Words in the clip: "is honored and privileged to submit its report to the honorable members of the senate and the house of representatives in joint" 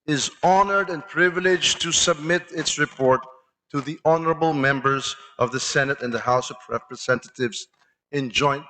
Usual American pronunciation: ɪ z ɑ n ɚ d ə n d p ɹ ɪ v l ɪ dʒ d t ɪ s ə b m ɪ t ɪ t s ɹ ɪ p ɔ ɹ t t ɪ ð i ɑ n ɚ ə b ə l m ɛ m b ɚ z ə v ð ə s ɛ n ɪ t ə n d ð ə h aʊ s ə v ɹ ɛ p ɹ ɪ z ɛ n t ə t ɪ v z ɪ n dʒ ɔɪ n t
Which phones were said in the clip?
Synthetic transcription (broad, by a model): ɪ z ɑ n ɚ d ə n p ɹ ɪ v l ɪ dʒ t ɪ s ə b m ɪ t ɪ t s ɹ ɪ p ɔ ɹ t t ɪ ð i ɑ n ɚ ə b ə l m ɛ m b ɚ z ə v ð ə s ɛ n ɪ t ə n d ð ə h aʊ s ə v ɹ ɛ p ɹ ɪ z ɛ n t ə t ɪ v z ɪ n dʒ ɔɪ n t